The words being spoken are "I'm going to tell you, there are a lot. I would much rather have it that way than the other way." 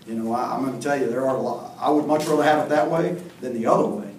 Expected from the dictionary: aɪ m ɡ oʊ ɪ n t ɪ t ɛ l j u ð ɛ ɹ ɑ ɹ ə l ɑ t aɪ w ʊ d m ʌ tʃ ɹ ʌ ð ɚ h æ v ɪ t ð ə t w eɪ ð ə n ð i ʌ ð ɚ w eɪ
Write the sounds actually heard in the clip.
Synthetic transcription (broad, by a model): aɪ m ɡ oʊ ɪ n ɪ t ɛ l j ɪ ð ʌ ɹ ɹ ə l ɑ ɪ w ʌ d m ʌ tʃ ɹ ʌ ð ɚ h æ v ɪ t ð ə t w eɪ ð ə n ð i ʌ ð ɚ w eɪ